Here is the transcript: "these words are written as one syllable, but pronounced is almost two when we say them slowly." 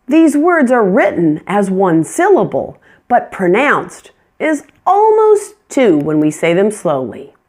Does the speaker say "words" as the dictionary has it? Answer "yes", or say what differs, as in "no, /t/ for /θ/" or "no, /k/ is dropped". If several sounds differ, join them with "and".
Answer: yes